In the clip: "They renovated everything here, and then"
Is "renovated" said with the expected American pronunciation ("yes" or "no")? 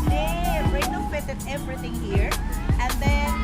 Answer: no